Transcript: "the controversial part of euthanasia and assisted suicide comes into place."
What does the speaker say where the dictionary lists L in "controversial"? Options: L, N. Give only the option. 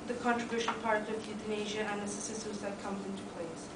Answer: N